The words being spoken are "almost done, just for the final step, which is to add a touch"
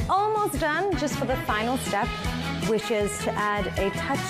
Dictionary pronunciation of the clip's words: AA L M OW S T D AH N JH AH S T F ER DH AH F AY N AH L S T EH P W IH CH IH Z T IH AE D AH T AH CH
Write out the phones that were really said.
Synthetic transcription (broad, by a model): AA L M OW S D AH N JH AH S T F ER DH AH F AY N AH L S T EH P W IH SH IH Z T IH AE D AH T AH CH